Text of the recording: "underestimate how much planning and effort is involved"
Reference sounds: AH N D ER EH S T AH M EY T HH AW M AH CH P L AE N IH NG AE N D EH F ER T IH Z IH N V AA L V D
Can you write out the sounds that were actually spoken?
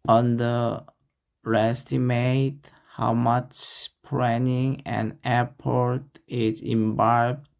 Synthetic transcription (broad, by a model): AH N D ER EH S T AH M EY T HH AW M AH CH P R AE N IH NG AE N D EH P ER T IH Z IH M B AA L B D